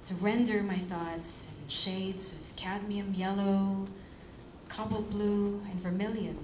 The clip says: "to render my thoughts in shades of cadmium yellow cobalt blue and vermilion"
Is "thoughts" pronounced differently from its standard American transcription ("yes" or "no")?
no